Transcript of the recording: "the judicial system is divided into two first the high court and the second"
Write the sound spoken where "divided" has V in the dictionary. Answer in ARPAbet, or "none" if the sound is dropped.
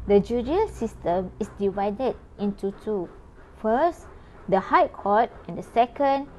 V